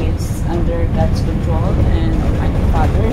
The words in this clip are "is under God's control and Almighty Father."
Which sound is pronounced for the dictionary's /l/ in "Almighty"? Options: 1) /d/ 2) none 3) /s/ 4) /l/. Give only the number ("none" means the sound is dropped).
2